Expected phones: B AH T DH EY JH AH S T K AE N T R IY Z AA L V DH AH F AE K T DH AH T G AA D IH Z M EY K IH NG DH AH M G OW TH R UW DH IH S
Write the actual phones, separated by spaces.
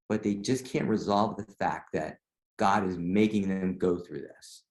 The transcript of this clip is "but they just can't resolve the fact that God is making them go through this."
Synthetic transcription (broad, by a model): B AH T DH EY JH AH S K AE N T R IY Z AA L V DH AH F AE K T DH AH T G AA D IH Z M EY K IH NG DH AH M G OW TH R UW DH IH S